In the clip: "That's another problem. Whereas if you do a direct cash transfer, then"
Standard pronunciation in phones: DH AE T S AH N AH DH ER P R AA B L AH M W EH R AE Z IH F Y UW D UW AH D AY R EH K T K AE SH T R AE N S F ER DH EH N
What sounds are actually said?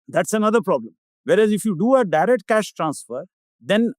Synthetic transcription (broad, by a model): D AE T S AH N AH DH ER P R AA B L AH M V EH R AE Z IH F Y UW D UW AH D AY R EH K T K AE SH T R AE N S F ER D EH N